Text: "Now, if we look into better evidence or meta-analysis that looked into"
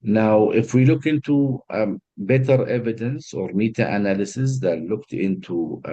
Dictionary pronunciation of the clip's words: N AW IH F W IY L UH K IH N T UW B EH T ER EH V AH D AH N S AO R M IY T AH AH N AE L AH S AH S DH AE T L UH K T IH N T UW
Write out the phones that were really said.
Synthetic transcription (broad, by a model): N AW IH F W IY L UH K IH N T UW B EH T ER EH V AH D AH N S AO R M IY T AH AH N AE L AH S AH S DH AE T L UH K T IH N T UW